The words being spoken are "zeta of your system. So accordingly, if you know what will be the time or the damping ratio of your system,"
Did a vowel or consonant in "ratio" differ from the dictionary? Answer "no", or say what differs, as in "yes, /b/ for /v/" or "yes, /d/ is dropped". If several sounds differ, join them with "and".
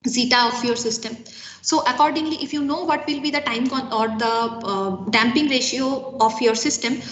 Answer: no